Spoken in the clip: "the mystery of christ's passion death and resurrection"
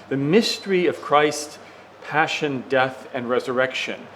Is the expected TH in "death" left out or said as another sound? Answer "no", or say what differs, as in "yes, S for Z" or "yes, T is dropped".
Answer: no